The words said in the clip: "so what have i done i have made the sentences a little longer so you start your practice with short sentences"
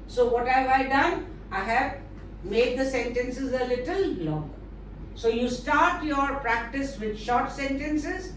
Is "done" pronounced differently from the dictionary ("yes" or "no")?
no